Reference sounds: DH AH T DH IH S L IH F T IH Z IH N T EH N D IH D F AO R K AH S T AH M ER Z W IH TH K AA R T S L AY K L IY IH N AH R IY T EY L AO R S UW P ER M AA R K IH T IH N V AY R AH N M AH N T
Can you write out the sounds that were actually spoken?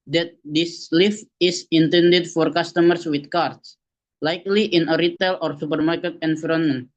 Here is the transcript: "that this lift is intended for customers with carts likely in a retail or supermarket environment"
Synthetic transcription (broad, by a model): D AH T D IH S L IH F IH S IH N T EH N D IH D F AO R K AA S T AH M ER S W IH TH K AA R T S L AY K L IY IH N AH R IY T EY L AO R S UW P ER M AA R K IH T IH N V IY R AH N M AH N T